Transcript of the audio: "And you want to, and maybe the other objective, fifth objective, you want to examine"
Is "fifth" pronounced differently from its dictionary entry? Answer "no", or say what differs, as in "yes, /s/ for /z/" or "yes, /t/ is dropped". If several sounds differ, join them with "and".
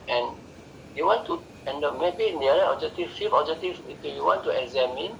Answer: yes, /f/ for /θ/